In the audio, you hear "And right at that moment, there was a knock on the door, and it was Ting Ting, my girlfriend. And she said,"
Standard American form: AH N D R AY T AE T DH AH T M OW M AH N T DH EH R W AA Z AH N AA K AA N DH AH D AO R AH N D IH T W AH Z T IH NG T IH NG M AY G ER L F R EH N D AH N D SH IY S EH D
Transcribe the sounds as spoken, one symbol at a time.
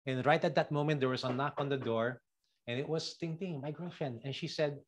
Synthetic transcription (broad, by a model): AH N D R AY T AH T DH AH T M OW M AH N T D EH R W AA S AH N AA K AA N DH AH D AO R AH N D IH T W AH S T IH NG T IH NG M AY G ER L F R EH N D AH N SH IY S EH D